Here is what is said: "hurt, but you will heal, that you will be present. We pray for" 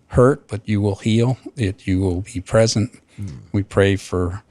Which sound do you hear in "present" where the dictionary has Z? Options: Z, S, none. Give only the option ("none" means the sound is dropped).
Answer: Z